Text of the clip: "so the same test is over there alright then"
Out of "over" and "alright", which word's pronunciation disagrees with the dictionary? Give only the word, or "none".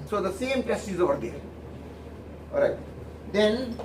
alright